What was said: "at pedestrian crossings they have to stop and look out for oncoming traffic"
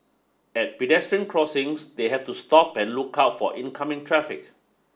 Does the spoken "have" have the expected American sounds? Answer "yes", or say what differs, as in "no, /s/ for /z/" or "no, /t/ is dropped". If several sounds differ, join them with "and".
no, /f/ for /v/